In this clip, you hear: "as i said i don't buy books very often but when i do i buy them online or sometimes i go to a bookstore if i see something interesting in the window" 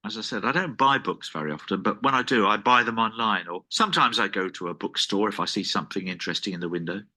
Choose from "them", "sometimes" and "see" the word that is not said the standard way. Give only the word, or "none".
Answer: none